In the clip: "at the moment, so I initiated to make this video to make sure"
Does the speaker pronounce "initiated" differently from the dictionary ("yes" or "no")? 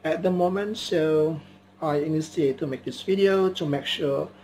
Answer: yes